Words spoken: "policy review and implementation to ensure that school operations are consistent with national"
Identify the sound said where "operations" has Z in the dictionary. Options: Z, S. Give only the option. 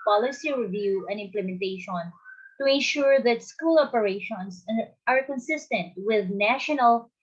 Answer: S